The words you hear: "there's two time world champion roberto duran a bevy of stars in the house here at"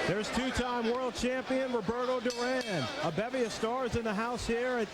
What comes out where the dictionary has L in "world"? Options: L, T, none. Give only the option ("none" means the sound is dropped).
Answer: L